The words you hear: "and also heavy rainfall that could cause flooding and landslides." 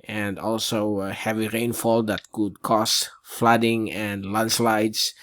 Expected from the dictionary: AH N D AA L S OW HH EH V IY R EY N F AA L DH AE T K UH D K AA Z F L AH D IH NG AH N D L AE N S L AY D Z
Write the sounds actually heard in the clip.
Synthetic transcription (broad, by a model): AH N D AA L S OW HH EH V IY R EY N F AA L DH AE T K UH D K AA S F L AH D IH NG AH N D L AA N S L AY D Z